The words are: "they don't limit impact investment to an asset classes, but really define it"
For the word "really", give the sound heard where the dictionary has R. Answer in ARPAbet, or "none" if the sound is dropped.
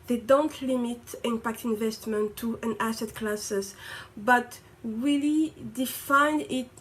W